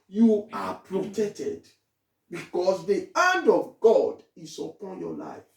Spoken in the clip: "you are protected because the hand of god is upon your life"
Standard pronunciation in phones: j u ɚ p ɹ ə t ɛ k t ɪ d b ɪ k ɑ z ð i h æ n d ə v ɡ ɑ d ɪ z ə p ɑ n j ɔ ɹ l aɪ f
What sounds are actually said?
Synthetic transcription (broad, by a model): j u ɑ p ɹ ə t ɛ k t ɪ d b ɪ k ɑ s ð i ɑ n d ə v ɡ ɑ d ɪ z ə p ɑ n j ɔ l aɪ f